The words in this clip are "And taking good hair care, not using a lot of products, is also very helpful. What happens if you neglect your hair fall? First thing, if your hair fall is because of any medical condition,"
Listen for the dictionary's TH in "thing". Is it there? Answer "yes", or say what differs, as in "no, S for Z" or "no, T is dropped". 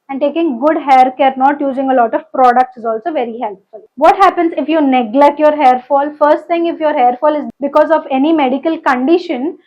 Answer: no, T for TH